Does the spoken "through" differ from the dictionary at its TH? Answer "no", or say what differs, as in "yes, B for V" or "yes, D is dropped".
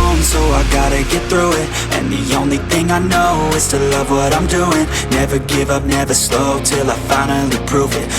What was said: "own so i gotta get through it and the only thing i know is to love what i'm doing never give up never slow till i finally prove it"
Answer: no